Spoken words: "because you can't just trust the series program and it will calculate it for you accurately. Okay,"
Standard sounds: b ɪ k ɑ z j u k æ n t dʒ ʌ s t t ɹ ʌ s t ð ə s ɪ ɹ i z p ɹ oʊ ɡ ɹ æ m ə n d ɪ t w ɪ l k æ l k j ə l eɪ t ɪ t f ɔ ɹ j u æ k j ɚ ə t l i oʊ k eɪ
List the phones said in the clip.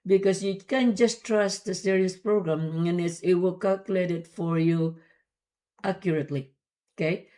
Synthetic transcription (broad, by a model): b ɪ k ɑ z j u k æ n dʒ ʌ s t t ɹ ʌ s t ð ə s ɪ ɹ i s p ɹ oʊ ɡ ɹ æ m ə n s ɪ t w ɪ l k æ l k j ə l eɪ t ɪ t f ɔ ɹ j u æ k j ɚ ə t l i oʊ k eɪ